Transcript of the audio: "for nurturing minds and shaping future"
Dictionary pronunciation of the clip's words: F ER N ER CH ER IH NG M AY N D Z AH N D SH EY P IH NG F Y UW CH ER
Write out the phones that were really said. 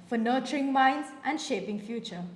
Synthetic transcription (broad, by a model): F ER N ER CH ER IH NG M AY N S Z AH N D SH EY P IH NG F Y UW CH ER